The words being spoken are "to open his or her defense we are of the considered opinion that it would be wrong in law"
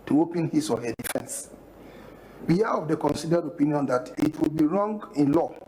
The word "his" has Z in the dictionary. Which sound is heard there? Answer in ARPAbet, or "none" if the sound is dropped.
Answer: S